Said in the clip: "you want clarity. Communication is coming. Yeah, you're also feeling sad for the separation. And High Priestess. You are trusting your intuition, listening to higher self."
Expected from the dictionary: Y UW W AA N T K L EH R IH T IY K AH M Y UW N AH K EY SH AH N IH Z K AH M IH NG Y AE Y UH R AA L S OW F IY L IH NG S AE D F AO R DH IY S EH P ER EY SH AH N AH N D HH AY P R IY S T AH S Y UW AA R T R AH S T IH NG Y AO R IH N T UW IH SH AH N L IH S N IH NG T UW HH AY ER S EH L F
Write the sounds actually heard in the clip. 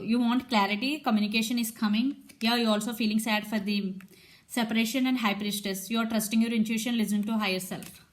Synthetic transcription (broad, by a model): Y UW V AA N T K L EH R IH T IY K AH M Y UW N AH K EY SH AH N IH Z K AH M IH NG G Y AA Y AA L S OW F IY L IH NG S AE D F AO R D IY S EH P ER EY SH AH N AH N D HH AY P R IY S T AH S Y UW AA R T R AH S T IH NG Y AO R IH N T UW SH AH N L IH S IH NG T UW HH AY ER S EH L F